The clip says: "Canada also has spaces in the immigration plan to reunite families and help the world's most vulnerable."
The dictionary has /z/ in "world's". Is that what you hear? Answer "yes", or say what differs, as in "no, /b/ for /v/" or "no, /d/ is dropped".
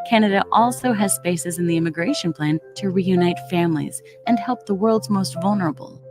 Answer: yes